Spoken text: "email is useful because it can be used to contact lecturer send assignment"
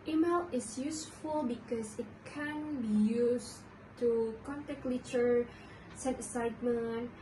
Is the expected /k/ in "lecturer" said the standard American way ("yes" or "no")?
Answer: no